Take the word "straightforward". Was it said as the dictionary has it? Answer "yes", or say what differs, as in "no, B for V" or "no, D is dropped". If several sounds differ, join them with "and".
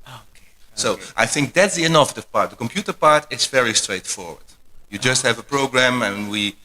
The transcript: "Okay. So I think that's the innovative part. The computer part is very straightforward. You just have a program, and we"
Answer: yes